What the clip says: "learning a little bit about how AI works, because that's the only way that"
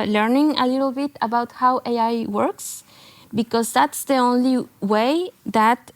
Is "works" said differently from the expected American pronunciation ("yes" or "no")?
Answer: no